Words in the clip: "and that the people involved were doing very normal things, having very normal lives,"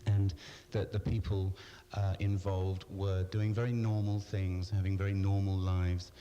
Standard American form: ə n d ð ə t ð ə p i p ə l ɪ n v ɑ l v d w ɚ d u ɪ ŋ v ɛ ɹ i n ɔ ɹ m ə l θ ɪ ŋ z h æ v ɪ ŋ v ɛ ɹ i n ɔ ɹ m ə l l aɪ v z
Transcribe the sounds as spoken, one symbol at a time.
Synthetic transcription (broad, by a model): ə n ð ə t ð ə p i p ə l ɪ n v ɑ l v d w ɚ d u ɪ ŋ v ɛ ɹ i n ɔ ɹ m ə l θ ɪ ŋ z h æ v ɪ ŋ v ɛ ɹ i n ɔ ɹ m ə l l aɪ v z